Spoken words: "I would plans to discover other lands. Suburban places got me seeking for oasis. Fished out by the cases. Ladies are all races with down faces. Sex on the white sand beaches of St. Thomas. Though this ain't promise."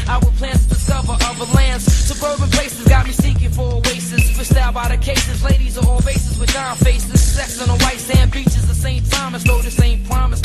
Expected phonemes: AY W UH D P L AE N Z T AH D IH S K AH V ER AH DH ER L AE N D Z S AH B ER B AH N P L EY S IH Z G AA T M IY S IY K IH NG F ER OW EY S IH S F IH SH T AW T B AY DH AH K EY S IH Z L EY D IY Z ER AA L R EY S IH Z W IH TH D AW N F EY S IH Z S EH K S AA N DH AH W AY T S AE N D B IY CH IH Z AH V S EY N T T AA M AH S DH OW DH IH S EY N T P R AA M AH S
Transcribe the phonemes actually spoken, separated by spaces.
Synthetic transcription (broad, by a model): AY W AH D P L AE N T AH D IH S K AH V ER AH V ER L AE N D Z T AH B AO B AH P L EY S IH Z G AA T M IY S IY K IH NG F ER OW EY S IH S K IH S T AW B AY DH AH K EY S IH Z L EY D IY Z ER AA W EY S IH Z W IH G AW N F EY S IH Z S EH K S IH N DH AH W AY T S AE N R IY CH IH Z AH S EY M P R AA M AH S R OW DH IH S EY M P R AA M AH S